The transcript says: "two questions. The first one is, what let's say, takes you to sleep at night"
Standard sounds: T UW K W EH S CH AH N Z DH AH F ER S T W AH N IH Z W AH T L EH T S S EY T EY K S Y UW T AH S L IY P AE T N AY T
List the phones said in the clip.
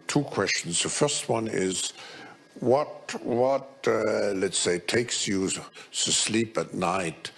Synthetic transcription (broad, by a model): T UW K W EH S CH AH N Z DH AH F ER S T W AH N IH Z W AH T L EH T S S EY T EY K S Y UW S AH S L IY P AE T N AY T